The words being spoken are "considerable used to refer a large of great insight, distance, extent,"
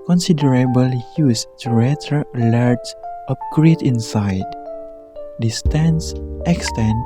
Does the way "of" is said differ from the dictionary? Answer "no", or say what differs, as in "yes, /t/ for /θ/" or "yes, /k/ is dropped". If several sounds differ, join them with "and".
yes, /p/ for /v/